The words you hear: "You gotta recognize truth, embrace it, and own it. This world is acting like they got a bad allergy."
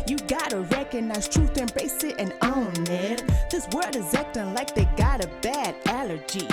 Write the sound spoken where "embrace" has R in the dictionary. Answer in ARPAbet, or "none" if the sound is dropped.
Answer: none